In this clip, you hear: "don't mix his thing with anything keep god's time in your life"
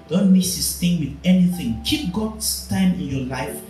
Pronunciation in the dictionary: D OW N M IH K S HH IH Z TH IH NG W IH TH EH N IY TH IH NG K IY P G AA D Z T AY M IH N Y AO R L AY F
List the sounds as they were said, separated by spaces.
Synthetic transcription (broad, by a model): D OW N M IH S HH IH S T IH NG W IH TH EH N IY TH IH NG K IY P G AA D S T AY M IH N Y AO L AY F